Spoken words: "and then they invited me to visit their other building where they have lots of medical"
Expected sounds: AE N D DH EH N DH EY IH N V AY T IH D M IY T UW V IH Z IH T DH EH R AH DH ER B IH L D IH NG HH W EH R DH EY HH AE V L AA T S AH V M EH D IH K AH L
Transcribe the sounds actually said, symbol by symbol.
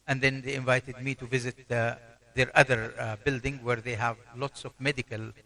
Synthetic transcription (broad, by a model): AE N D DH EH N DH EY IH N V AY T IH D M IY T UW V IH Z IH T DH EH R AH DH ER B IH L D IH NG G W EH R DH EY HH AE V L AA T S AH V M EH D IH K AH L